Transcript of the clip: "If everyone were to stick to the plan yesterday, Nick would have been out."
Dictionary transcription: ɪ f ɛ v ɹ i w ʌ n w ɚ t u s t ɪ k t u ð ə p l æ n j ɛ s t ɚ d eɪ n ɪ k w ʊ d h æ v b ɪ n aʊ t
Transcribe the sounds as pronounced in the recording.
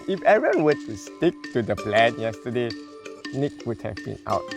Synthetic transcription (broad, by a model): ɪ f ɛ ɹ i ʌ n w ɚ t u s t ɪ k t u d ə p l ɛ n j ɛ s t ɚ d eɪ n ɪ k w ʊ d h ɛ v b ɪ n aʊ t